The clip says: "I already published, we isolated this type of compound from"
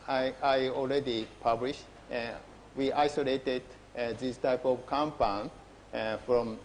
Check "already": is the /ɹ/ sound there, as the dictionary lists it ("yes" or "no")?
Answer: no